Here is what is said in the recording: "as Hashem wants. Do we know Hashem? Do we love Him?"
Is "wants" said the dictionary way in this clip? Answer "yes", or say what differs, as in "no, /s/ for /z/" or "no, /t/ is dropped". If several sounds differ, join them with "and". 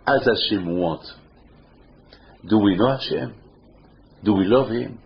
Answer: no, /n/ is dropped and /s/ is dropped